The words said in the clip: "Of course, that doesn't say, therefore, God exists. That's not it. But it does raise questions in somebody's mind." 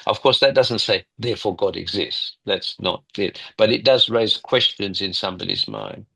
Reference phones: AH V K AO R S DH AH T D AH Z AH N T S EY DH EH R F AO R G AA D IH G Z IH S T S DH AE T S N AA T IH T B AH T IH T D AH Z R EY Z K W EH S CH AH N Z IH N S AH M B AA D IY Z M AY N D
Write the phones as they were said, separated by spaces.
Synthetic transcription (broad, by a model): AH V K AO R S DH AH T D AH Z AH N T S EY DH EH R F AO R G AA D IH G Z IH S T S DH AE T S N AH T IH T B AH T IH T D AH Z R EY Z K W EH S CH AH N Z IH N S AH M B AA D IY Z M AY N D